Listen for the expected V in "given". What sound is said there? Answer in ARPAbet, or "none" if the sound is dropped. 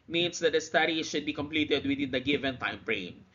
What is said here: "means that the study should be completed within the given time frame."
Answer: V